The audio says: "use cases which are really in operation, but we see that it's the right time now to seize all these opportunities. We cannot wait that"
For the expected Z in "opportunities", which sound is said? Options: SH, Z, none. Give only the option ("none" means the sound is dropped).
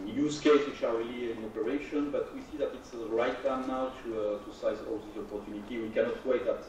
none